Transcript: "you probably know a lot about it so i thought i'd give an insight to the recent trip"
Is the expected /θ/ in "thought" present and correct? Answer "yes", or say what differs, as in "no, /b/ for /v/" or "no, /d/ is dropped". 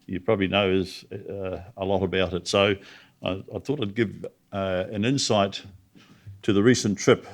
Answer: yes